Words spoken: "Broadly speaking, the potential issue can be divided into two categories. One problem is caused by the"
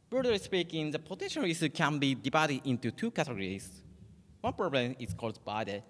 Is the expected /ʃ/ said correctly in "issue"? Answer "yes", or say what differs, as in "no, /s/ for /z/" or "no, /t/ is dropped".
no, /s/ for /ʃ/